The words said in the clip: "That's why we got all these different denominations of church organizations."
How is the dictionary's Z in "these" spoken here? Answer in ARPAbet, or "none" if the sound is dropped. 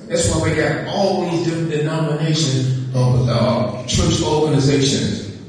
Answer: Z